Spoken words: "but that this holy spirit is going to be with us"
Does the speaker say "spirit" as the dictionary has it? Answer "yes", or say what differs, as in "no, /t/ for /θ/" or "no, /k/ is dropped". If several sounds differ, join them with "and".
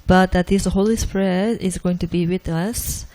no, /t/ is dropped